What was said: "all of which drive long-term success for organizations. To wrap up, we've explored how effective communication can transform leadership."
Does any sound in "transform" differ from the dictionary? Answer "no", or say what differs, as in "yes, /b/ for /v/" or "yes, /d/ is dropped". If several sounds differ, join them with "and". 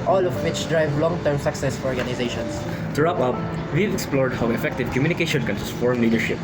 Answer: yes, /n/ is dropped